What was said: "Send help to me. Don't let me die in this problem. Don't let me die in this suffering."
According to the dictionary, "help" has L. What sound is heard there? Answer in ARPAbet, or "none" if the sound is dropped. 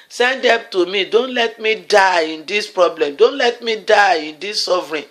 none